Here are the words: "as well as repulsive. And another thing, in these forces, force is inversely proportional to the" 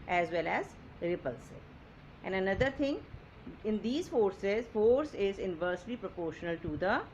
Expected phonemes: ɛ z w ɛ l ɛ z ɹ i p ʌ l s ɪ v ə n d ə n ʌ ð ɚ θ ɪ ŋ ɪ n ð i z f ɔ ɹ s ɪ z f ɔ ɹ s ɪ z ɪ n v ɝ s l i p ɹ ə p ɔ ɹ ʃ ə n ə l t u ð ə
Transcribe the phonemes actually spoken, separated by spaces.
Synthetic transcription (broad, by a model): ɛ z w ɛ l ɛ z ɹ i p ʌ l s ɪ ə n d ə n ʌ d ɚ t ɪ ŋ ɪ n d i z f ɔ ɹ s ɪ z f ɔ ɹ s ɪ z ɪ n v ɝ s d i p ɹ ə p ɔ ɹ ʃ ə n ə l t u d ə